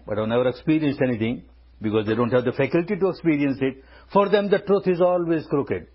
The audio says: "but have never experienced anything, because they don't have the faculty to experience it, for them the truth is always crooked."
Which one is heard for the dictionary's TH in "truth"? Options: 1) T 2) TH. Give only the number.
1